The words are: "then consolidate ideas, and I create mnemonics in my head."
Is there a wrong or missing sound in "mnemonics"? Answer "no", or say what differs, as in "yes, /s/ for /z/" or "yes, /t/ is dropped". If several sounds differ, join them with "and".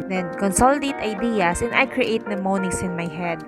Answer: yes, /k/ is dropped